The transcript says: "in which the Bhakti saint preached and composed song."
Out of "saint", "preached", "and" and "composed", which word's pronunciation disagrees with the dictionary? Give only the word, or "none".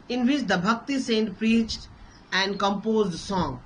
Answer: none